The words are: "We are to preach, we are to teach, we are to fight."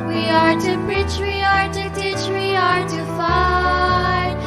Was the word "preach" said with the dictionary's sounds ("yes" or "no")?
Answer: no